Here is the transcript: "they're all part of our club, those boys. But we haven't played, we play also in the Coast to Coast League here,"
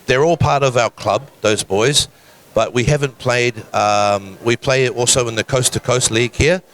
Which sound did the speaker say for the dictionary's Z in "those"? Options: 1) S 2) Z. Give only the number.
2